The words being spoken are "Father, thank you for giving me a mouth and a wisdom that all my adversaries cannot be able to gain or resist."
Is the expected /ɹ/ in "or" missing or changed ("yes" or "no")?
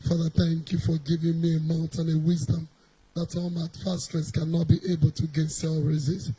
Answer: yes